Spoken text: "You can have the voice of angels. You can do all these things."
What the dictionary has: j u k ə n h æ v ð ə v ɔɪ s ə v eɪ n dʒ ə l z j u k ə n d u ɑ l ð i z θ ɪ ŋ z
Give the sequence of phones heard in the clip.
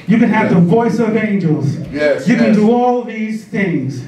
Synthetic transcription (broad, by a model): j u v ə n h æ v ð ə v ɔɪ s ə v eɪ n dʒ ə l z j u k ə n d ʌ ɑ l ð i z θ ɪ ŋ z